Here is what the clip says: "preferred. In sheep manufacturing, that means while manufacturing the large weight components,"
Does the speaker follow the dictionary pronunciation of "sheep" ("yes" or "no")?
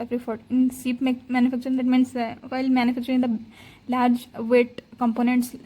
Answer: no